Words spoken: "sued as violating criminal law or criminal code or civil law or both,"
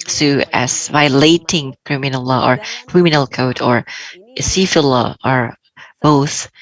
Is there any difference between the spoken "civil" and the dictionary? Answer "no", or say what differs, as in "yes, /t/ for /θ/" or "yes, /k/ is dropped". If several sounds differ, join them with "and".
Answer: yes, /f/ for /v/